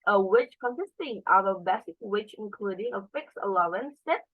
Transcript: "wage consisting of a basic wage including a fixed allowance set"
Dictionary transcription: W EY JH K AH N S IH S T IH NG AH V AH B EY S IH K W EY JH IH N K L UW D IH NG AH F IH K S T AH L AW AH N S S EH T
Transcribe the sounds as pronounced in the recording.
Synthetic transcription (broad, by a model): W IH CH K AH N S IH S T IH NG AH V AH B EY S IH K W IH CH IH N K L UW D IH NG AH F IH K S AH L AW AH N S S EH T